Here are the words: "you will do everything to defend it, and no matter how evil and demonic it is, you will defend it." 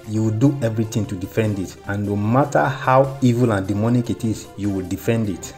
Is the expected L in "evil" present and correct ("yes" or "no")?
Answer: yes